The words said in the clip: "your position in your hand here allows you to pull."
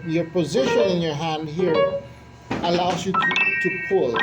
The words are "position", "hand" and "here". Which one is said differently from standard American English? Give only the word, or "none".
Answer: none